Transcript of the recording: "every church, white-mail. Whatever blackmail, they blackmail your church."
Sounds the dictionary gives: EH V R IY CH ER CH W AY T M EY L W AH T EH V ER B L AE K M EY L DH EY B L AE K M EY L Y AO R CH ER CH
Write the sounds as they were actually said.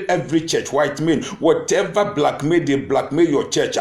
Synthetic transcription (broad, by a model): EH V R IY CH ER CH W AY T M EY N W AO T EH V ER B L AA K M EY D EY B L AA K M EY Y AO CH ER CH